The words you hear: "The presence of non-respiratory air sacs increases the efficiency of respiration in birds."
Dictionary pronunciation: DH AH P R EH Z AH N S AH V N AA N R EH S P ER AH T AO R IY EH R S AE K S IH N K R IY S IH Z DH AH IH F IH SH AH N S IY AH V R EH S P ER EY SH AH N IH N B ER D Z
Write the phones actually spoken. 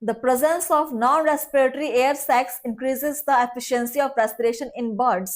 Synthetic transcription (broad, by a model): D AH P R EH Z AH N S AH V N AA N R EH S P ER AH T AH R IY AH R S AE K S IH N K R IY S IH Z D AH IH F IH SH AH N S IY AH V R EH S P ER EY SH AH N IH N B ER D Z